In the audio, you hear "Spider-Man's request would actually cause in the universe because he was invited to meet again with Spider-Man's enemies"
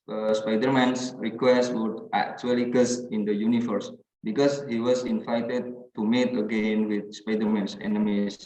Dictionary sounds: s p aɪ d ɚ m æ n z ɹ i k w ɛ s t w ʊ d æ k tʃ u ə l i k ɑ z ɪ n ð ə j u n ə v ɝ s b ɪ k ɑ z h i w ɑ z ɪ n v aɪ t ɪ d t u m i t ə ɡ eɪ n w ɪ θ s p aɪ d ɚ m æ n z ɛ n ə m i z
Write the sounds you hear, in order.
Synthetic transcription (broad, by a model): s p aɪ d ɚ m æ n s ɹ i k w ɛ s t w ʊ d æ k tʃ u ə l i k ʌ s ɪ n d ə j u n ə f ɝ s b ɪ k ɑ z h i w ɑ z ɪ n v aɪ t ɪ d t u m i t ə ɡ eɪ n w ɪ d s p aɪ d ɚ m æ n s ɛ n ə m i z